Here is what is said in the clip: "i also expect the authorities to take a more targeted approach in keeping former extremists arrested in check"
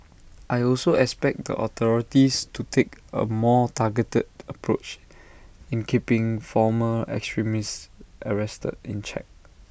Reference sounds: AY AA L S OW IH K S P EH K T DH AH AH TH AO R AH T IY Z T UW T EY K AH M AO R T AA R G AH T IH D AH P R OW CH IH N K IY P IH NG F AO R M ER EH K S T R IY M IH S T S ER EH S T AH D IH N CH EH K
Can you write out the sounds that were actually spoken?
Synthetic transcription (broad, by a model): AY AA L S OW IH K S P EH K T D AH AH T AO R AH T IY S T UW T EY K AH M AO T AA G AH T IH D AH P R OW CH IH N K IY P IH NG F AO M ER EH K S T R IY M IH S T ER EH S T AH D IH N CH EH K